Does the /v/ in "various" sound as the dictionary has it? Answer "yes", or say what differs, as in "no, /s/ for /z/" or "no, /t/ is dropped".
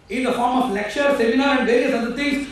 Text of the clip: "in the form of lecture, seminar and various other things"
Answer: yes